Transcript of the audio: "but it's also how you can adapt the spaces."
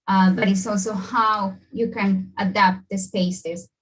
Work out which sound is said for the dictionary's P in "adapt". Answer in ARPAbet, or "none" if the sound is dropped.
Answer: P